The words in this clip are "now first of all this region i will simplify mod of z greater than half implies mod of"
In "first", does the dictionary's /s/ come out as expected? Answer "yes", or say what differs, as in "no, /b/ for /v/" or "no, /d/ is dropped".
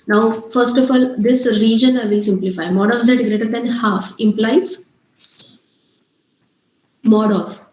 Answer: yes